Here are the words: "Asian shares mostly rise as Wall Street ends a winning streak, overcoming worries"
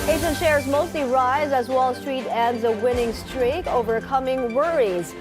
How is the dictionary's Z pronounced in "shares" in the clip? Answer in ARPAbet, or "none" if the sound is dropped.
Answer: Z